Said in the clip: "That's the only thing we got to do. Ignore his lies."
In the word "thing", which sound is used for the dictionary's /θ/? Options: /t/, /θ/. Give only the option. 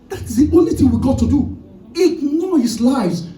/θ/